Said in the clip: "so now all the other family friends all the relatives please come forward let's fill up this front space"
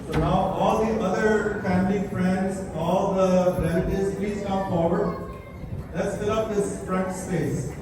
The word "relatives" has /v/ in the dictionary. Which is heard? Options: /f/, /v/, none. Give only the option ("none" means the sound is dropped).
none